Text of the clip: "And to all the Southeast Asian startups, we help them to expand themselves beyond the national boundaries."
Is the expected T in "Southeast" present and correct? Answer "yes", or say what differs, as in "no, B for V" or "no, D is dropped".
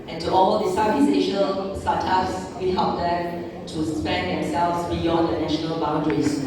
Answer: no, T is dropped